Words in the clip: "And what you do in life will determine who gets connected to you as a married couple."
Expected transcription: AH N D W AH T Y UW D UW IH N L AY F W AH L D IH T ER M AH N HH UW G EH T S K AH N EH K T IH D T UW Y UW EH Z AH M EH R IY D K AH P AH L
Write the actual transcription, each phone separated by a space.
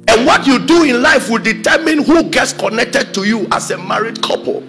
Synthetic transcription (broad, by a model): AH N W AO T Y UW D UW IH N L AY F W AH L D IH T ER M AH N HH UW G EH T S K AH N EH K T IH D T UW Y UW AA S AH M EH R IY D K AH P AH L